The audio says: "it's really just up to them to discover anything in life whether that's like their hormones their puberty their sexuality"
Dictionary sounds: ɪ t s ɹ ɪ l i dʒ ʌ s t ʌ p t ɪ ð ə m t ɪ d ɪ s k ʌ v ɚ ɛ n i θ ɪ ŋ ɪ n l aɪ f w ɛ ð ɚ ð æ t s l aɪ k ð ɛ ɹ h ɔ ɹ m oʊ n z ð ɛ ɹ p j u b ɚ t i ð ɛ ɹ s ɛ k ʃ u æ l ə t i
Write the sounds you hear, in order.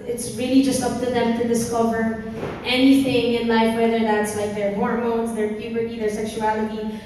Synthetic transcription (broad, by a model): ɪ t s ɹ ɪ l i dʒ ʌ s t ʌ p t ɪ ð ə m t ɪ d ɪ s k ʌ v ɚ ɛ n i θ ɪ ŋ ɪ n l aɪ f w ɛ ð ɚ ð æ t s l aɪ k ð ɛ ɹ h ɔ ɹ m oʊ n z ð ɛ ɹ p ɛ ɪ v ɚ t i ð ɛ ɹ s ɛ k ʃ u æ l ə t i